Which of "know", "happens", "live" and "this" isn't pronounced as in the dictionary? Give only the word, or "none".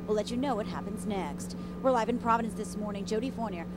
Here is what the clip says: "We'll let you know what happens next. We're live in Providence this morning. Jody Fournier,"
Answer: none